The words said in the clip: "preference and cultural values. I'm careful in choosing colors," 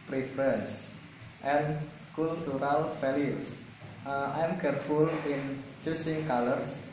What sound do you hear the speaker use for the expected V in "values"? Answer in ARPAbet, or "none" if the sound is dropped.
F